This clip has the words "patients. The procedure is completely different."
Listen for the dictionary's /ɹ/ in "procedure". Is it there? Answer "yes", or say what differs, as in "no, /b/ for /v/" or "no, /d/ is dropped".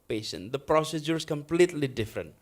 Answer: yes